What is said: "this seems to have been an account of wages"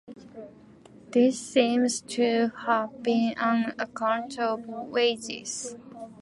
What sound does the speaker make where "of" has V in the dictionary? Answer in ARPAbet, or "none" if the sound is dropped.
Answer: B